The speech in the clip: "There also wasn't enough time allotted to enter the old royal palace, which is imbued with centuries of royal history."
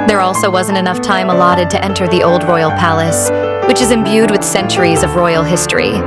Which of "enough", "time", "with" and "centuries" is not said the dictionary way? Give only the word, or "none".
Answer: none